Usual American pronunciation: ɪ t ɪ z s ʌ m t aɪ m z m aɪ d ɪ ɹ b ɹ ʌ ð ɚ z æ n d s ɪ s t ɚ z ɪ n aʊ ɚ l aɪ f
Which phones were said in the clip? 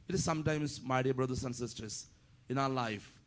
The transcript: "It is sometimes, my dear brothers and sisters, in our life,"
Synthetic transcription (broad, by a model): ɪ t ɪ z s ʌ m t aɪ m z m aɪ d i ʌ b ɹ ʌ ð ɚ s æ n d s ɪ s t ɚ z ɪ n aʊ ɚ l aɪ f